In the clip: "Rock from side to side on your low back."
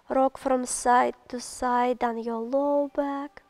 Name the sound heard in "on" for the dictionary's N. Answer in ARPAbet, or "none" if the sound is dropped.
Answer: N